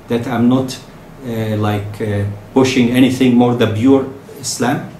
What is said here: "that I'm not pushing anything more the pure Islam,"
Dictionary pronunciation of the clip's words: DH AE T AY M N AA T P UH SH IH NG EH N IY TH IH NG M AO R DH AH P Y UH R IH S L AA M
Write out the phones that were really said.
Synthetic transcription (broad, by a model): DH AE T AY M N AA T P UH SH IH NG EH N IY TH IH NG M AO R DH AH B Y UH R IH S L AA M